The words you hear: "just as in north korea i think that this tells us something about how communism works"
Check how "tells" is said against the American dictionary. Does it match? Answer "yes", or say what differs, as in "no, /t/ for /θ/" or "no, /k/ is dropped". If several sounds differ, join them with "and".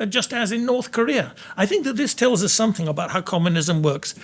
yes